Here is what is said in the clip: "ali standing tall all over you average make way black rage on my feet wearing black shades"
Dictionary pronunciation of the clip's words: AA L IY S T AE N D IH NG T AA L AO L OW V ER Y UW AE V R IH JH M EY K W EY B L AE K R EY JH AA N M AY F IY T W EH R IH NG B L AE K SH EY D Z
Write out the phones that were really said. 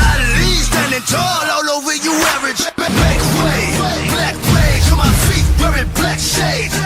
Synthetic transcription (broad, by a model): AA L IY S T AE N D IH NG T AA L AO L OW W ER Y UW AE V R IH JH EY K W EY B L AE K L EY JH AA M AY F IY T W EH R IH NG B L AE K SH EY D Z